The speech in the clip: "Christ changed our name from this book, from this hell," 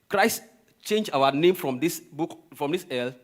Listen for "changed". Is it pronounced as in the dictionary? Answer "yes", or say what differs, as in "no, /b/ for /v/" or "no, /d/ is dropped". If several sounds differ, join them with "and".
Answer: no, /d/ is dropped